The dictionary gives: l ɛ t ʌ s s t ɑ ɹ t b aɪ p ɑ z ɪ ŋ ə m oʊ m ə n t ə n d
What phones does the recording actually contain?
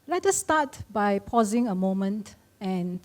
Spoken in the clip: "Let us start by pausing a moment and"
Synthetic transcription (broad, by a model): l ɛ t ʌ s s t ɑ t b aɪ p ɑ z ɪ ŋ ə m oʊ m ə n t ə n